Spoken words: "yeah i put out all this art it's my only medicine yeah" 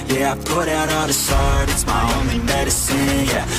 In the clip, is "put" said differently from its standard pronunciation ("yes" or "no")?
no